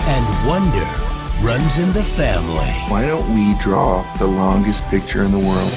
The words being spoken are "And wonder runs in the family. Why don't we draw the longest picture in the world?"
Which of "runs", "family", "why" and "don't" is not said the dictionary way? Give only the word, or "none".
none